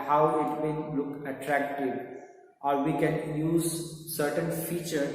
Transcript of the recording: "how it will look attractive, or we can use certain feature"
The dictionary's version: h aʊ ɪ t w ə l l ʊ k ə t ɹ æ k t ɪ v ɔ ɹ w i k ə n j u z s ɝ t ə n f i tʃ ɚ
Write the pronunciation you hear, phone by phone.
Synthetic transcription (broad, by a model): h aʊ ɪ t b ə n l ʊ k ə t ɹ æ k t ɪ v ɔ ɹ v i k ə n j u z s ɝ t ə n f i tʃ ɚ